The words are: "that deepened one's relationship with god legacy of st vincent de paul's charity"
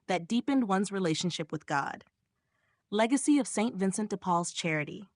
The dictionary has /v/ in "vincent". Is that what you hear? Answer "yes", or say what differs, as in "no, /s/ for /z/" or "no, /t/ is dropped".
yes